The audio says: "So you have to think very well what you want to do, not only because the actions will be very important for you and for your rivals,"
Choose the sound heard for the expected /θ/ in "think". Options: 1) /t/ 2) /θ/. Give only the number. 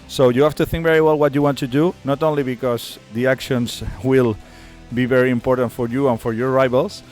2